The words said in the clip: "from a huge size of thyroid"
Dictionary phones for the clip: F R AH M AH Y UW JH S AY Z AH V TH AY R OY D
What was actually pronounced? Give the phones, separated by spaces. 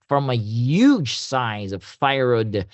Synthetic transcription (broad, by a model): F R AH M AH Y UW JH S AY Z AH V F AY R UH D